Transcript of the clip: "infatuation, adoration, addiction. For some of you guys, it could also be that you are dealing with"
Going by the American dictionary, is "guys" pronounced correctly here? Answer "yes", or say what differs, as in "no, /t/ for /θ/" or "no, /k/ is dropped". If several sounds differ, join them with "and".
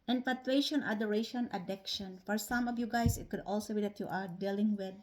no, /s/ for /z/